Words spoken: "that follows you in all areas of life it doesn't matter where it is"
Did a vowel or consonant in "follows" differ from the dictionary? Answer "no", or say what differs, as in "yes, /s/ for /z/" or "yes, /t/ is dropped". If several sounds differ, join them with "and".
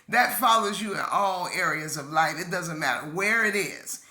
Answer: no